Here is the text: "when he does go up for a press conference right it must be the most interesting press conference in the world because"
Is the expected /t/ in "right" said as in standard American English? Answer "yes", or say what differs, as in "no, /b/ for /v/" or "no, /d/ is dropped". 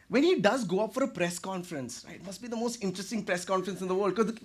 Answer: no, /t/ is dropped